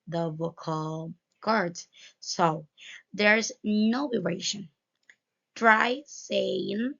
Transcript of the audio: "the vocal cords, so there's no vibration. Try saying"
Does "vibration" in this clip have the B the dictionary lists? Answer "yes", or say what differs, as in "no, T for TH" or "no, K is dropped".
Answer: no, B is dropped